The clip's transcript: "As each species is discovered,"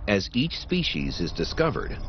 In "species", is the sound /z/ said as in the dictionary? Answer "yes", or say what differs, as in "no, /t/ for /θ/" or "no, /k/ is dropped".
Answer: yes